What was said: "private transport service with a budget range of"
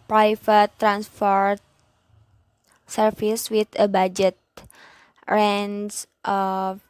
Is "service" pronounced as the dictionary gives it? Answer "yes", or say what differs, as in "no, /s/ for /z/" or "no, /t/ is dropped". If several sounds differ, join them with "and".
no, /f/ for /v/